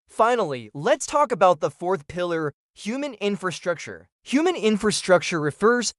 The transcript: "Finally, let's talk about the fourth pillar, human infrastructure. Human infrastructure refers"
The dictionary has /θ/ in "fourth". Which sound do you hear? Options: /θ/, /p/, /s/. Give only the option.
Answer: /θ/